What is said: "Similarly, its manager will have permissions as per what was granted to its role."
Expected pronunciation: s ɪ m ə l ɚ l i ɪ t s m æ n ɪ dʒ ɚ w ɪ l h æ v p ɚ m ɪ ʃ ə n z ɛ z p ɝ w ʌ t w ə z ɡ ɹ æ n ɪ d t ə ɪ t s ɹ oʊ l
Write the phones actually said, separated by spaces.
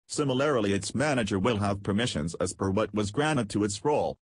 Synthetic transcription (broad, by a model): s ɪ m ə l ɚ l i ɪ t s m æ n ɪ dʒ ɚ w ɪ l h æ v p ɚ m ɪ ʃ ə n z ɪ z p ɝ w ʌ t w ə z ɡ ɹ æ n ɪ d t ə ɪ t s ɹ oʊ l